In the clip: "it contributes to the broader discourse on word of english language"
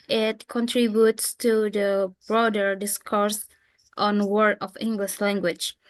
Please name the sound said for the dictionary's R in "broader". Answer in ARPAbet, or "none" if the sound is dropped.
R